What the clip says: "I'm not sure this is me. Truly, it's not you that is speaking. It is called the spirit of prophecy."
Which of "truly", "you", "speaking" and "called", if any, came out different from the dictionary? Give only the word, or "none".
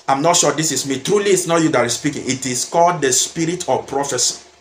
none